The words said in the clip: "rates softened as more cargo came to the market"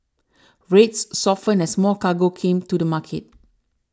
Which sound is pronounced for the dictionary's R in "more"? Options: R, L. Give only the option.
L